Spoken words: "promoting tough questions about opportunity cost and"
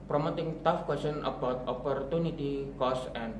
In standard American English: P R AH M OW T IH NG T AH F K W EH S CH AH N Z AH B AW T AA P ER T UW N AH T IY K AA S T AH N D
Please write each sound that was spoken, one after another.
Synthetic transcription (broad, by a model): P R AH M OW T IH NG T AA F K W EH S AH N AH B AW T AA P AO T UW N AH T IY K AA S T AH N